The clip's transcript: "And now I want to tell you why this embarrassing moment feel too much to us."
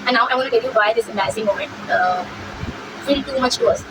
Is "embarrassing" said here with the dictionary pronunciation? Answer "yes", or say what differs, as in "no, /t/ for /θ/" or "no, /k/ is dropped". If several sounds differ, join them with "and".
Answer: no, /b/ is dropped and /ɹ/ is dropped